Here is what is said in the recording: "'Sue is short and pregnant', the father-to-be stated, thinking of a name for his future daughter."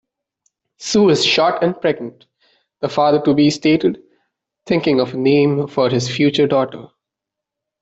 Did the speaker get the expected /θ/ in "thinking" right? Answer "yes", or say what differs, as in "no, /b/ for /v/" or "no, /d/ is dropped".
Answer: no, /t/ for /θ/